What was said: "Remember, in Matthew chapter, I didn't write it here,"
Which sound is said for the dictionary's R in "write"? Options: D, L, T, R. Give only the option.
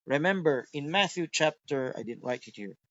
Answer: L